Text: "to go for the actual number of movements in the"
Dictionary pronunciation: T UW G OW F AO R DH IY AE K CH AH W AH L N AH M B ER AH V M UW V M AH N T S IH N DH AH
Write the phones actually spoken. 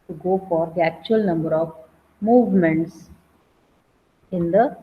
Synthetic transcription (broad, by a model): T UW G OW F AO R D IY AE K CH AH AH L N AH M B ER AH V M UW V M AH N T S IH N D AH